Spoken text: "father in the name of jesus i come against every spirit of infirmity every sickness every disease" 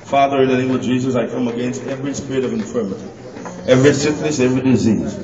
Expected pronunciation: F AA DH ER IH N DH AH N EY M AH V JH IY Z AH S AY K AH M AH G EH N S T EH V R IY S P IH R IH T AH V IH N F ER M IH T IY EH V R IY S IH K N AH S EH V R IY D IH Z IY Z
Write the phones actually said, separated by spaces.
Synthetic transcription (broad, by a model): F AA DH ER IH N DH AH N EY M AH V JH IY Z AH S AY K AH M AH G EH N S T EH V R IY S P IH R IH T AH V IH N F ER M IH T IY EH V R IY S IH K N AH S EH V R IY D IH Z IY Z